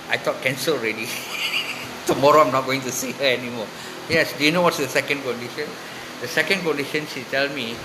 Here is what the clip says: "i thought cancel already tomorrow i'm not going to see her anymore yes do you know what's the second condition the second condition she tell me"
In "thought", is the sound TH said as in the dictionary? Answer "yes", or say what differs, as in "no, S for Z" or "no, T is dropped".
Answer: no, T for TH